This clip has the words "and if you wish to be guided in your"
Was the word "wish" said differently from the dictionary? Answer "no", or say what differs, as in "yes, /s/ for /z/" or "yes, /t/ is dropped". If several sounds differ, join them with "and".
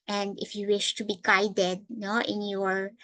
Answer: no